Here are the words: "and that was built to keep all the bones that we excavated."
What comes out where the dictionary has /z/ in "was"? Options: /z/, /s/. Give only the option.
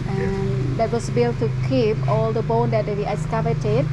/s/